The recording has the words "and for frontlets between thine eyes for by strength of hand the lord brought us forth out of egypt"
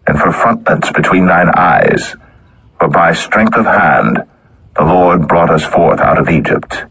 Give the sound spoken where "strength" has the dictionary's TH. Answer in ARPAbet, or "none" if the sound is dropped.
TH